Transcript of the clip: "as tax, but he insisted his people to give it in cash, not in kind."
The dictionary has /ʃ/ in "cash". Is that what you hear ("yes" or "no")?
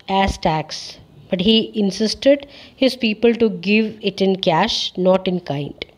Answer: yes